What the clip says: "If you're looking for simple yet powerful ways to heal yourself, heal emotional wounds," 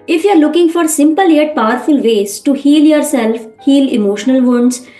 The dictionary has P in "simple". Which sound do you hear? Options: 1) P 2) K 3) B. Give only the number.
1